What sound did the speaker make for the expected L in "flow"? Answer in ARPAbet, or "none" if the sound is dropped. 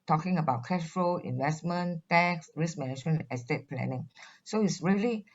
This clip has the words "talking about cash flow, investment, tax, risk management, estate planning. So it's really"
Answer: none